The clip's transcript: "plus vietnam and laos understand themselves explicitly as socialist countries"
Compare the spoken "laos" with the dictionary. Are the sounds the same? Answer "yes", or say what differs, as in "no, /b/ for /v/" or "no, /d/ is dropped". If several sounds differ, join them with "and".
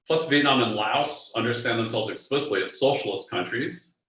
yes